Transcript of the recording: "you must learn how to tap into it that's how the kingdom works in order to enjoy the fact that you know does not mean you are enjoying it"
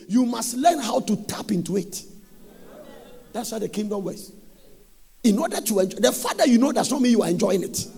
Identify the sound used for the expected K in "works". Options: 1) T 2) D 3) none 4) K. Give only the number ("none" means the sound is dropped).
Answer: 3